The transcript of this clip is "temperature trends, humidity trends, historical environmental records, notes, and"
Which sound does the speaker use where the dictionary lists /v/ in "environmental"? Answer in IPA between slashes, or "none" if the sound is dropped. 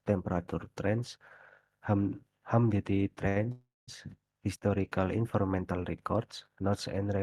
/f/